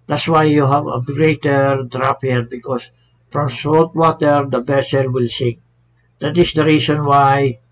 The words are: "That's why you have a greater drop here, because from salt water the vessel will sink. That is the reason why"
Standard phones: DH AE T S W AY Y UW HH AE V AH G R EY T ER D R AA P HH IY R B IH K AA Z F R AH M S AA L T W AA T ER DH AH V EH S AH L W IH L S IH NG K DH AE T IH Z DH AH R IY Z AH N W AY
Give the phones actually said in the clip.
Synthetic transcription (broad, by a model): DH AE T S W AY Y UW HH AE V AH G R EY T ER D R AA P HH IY R B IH K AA S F R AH M S AA L T W AA T ER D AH B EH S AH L W IH L S IH NG K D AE T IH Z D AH R IY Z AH N W AY